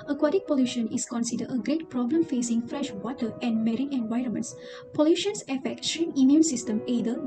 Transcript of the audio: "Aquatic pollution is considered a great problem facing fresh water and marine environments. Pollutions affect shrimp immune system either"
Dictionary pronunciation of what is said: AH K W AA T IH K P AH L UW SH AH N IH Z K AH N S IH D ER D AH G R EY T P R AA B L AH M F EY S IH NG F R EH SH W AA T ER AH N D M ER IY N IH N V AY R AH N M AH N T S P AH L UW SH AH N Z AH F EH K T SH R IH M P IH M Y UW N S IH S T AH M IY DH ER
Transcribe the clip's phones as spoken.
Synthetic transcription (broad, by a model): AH K W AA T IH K P AH L UW SH AH N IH S K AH N S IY D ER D AH G R EY T P R AA B L AH M F EY S IH NG F R EH SH W AA T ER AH N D M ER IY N IH N V AY R AH N M AH N T S P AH L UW SH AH N S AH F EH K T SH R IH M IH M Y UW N S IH S T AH M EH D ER